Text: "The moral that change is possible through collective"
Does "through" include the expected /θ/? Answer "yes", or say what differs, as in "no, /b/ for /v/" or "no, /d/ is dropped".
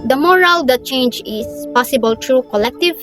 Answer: no, /t/ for /θ/